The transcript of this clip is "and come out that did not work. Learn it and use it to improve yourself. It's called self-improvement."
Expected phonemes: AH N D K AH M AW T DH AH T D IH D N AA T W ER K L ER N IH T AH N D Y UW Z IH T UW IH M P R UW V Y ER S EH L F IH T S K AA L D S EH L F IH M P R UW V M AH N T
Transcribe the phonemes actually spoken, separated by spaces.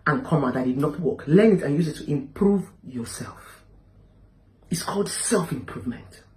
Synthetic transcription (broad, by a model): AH N K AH M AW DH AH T D IH D N AA T W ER K L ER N IH T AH N Y UW Z IH T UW IH M P R UW V Y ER S EH L F IH T S K AA L D S EH L F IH M P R UW V M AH N T